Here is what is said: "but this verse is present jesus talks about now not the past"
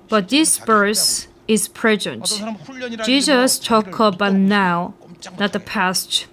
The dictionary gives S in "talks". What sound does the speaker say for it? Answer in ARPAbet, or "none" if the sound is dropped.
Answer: none